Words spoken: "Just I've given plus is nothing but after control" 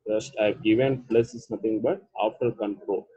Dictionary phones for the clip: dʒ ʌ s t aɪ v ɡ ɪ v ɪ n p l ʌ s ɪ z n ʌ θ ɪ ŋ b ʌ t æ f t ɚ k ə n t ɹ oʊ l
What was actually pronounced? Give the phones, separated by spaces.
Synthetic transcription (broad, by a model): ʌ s t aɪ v ɡ ɪ v ɪ n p l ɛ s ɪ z n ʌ t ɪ ŋ b ʌ t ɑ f t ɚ k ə n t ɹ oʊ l